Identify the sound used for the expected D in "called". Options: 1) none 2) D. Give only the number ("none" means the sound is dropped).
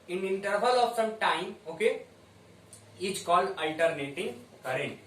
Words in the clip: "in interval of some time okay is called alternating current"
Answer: 1